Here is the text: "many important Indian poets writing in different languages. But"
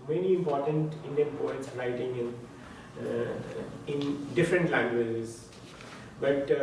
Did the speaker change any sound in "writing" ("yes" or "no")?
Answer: yes